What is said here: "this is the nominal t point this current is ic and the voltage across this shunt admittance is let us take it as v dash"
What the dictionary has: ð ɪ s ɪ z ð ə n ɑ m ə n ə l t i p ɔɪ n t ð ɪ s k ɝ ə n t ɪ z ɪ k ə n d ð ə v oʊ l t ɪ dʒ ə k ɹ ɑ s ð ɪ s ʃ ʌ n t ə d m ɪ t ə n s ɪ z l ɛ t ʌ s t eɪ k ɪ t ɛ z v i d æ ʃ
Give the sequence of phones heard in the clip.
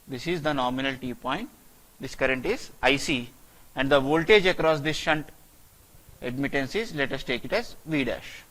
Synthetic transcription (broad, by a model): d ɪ s ɪ z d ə n ɑ m ə n ə l t i p ɔɪ n t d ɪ s k ɝ ə n t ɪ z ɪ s ə n d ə v oʊ l t ɪ dʒ ə k ɹ ɑ s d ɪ s ʃ ʌ n t ə d m ɪ t ə n s ɪ z l ɛ t ʌ s t eɪ k ɪ t ɛ z v i d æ ʃ